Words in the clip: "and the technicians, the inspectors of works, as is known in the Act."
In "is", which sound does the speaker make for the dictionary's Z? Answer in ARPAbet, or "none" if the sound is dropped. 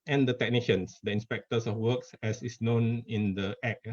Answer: S